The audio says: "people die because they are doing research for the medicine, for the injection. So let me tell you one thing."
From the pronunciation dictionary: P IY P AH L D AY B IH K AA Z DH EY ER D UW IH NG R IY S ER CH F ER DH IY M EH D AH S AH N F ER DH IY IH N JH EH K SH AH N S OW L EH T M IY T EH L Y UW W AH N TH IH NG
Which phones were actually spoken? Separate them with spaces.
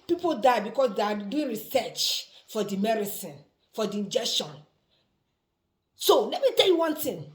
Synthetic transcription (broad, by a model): P IY P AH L D AY B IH K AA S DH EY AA D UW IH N R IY S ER CH F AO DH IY M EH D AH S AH N F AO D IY IH N JH EH K SH AH N S OW L EH T M IY T EH L Y UW W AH N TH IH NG